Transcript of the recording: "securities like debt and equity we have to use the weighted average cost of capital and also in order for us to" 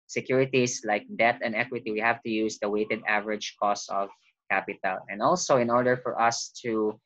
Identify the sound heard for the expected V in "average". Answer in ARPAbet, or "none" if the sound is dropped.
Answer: V